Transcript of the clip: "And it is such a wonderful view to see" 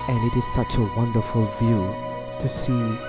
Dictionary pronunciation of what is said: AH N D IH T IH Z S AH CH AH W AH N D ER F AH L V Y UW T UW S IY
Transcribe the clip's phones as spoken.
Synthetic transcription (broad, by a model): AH N IH T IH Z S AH CH AH W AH N D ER F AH L V Y UW T UW S IY